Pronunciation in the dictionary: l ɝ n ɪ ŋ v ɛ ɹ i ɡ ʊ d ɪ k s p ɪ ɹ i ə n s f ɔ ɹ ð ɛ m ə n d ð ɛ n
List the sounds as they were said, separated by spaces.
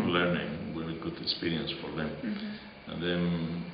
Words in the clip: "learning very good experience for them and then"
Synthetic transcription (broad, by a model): l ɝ n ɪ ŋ w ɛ i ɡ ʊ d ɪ k s p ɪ ɹ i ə n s f ɔ ɹ ð ɛ m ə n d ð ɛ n